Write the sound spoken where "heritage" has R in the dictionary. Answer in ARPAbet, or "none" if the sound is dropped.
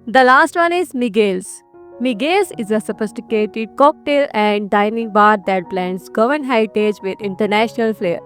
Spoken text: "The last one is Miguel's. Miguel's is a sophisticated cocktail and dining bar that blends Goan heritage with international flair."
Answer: none